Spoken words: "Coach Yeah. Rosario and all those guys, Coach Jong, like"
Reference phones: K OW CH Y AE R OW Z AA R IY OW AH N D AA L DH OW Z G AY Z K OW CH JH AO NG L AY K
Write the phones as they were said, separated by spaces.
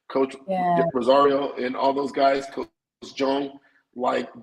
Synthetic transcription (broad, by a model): K OW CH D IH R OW Z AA R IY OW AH N AA L DH OW Z G AY Z K OW S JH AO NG L AY K